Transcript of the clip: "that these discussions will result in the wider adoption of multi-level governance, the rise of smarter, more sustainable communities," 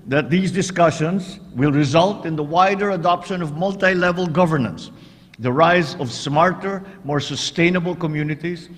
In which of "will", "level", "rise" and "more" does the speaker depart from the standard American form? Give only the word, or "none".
none